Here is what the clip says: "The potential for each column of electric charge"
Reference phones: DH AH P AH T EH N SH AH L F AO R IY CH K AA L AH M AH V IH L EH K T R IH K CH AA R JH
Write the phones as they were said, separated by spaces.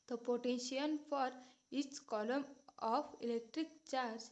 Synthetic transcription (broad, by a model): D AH P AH T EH N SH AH N F AO R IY S K AA L AH M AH F IH L EH K T R IH K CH AA R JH